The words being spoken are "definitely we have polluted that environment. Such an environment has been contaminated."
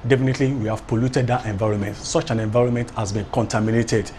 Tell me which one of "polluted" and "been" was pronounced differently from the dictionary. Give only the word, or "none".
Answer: none